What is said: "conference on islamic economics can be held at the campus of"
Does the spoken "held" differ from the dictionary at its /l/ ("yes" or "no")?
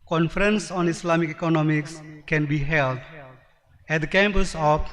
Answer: no